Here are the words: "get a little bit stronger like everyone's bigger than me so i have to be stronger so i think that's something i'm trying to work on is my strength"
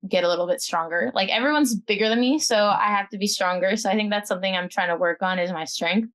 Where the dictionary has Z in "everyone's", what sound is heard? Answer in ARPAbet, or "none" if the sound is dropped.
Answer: Z